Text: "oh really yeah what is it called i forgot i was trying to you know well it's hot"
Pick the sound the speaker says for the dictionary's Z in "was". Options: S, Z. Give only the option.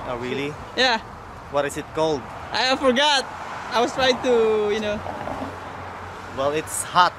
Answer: S